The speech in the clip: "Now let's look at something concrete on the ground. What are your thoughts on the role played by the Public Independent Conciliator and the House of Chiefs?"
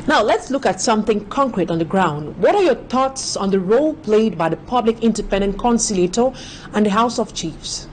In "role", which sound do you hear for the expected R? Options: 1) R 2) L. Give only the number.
1